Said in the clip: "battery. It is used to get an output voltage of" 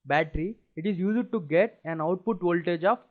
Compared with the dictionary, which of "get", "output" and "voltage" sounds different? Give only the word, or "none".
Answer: none